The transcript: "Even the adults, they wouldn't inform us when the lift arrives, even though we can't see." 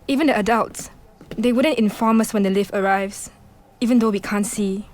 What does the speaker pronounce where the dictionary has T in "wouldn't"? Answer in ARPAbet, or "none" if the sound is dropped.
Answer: T